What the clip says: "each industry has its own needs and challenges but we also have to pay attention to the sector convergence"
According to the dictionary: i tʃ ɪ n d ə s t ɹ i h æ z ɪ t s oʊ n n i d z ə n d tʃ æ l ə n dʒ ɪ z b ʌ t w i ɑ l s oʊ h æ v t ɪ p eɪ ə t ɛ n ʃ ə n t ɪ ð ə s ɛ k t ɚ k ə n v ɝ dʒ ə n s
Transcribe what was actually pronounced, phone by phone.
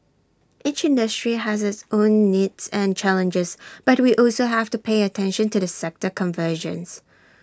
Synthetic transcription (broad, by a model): i tʃ ɪ n d ə s t ɹ i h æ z ɪ t s oʊ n n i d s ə n tʃ æ l ə n dʒ ɪ z b ʌ t w i ɑ l s oʊ h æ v t ɪ p eɪ ə t ɛ n ʃ ə n t ɪ ð ə s ɛ k t ɚ k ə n v ɝ ʒ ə n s